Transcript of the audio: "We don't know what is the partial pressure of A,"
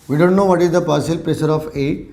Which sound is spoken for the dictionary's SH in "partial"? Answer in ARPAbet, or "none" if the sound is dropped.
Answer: S